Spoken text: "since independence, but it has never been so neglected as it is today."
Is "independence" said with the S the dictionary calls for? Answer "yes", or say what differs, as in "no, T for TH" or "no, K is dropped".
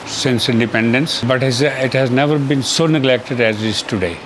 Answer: yes